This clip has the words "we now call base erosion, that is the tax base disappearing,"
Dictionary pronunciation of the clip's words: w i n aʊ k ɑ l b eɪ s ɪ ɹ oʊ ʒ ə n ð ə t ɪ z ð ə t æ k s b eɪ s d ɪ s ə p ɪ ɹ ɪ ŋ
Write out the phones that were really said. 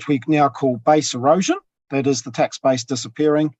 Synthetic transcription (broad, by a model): w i n aʊ k ɑ l b eɪ s ɪ ɹ oʊ ʒ ə n ð ə t ɪ z ð ə t æ k s b eɪ s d ɪ s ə p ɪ ɹ ɪ ŋ